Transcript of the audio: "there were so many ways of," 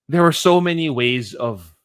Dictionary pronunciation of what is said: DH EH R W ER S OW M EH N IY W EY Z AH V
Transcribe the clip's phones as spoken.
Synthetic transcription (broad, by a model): DH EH R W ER S OW M EH N IY W EY Z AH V